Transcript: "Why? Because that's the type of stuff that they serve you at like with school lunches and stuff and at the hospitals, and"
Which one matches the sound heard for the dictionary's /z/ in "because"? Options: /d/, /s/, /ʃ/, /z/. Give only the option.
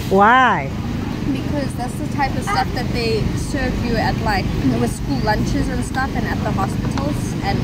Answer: /z/